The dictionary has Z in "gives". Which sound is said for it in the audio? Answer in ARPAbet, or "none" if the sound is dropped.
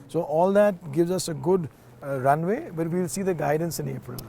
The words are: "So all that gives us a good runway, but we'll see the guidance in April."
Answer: Z